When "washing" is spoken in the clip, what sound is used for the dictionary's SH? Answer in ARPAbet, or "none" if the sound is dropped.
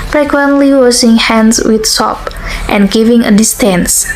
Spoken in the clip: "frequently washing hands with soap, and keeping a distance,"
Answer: S